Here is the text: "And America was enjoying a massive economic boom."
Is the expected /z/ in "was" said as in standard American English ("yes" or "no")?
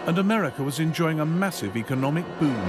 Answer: yes